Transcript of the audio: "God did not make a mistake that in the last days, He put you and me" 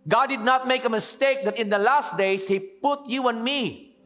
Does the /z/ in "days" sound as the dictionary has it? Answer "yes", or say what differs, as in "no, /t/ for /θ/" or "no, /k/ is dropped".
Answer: no, /s/ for /z/